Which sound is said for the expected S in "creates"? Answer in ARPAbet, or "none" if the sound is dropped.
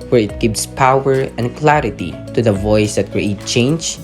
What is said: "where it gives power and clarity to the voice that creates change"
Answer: none